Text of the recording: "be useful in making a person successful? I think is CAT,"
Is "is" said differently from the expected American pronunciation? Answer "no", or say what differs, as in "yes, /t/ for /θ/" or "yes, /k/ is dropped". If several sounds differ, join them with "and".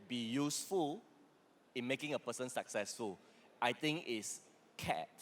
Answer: yes, /s/ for /z/